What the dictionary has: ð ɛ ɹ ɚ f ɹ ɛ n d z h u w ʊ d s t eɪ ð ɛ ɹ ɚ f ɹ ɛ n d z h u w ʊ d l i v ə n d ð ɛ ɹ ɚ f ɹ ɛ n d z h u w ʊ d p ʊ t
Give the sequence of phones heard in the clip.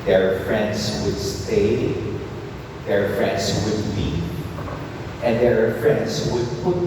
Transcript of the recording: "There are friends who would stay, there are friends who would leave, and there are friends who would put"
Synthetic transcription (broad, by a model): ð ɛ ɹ f ɹ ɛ n d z w ʊ d s t eɪ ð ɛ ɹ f ɹ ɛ n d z w ʊ d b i ə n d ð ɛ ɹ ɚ f ɹ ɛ n d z w ʊ d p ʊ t